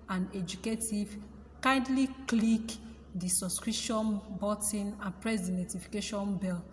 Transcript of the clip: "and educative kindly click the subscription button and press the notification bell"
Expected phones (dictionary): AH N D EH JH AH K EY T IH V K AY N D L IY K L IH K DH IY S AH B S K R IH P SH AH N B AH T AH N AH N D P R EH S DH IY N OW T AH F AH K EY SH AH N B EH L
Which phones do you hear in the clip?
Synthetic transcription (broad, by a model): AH N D EH JH AH K EY T IH V K AY N D L IY K L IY K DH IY S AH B S K R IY SH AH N B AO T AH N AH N P R EH S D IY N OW T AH F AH K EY SH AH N B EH L